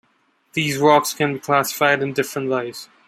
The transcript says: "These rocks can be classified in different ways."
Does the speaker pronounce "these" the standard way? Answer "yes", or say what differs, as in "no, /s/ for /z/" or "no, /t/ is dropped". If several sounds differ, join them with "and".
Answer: yes